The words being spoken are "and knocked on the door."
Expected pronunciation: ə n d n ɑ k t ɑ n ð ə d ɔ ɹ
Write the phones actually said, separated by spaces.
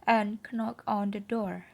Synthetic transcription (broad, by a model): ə n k n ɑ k ɑ n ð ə d ɔ ɹ